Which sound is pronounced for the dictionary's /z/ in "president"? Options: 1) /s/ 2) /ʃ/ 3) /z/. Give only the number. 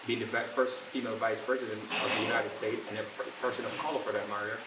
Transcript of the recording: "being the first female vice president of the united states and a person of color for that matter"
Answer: 3